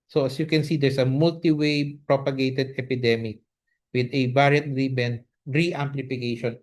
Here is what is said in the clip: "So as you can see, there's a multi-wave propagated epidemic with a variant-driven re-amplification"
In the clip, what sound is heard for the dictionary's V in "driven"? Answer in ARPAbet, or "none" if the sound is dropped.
B